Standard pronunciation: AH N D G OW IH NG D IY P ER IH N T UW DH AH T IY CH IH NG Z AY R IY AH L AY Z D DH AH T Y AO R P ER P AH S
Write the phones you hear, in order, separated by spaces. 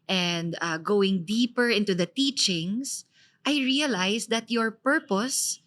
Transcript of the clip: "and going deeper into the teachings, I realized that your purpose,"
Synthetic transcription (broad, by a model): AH N D G OW IH NG D IY P ER IH N T UW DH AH T IY CH IH NG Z AY R IY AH L AY S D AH T Y AO R P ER P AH S